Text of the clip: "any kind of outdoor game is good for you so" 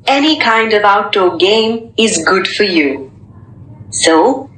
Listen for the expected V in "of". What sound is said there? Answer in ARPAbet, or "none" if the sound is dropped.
V